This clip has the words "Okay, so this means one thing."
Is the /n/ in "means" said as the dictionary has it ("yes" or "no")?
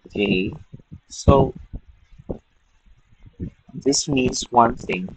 yes